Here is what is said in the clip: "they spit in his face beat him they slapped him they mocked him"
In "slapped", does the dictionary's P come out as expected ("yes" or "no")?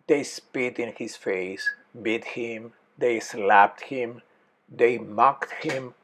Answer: yes